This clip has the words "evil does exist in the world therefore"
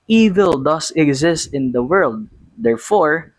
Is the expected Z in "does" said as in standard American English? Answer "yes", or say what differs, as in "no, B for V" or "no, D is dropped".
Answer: no, S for Z